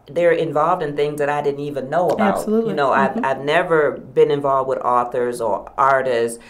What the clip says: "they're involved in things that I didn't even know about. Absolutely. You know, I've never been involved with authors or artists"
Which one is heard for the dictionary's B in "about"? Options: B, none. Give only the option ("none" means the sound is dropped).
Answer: none